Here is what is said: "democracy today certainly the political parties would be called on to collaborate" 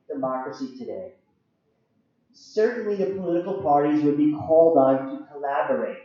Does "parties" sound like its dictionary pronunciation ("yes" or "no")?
yes